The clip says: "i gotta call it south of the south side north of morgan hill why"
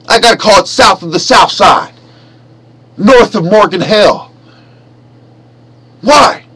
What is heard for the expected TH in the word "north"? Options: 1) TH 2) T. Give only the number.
1